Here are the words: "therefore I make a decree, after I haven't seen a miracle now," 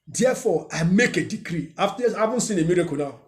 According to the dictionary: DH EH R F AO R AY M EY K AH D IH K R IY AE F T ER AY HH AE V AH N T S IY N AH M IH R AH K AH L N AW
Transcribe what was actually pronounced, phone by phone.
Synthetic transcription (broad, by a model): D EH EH F AO AY M EY K AH D IH K R IY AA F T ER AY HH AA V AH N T S IY N AH M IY R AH K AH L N AW